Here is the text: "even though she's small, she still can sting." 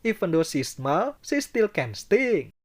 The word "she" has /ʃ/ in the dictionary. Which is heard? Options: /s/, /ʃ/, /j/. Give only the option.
/s/